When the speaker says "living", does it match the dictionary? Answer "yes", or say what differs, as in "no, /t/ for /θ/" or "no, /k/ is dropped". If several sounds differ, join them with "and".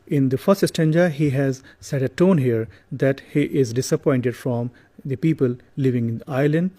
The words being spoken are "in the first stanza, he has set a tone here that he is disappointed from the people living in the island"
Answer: yes